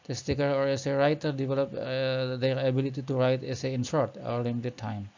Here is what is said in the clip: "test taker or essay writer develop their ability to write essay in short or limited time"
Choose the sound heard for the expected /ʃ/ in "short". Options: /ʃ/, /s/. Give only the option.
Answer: /s/